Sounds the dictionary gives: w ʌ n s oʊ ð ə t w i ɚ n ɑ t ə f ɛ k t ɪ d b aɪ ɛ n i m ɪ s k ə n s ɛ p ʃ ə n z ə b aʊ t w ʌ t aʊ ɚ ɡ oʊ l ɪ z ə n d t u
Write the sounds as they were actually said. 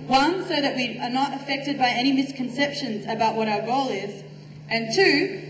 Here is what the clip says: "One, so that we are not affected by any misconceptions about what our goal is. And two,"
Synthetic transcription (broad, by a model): w ʌ n s oʊ ð ə t w i ɚ n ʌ t ə f ɛ k t ɪ d b aɪ ɛ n i m ɪ s k ə n s ɛ p ʃ ə n z ə b aʊ t w ʌ t aʊ ɚ ɡ oʊ l ɪ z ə n t u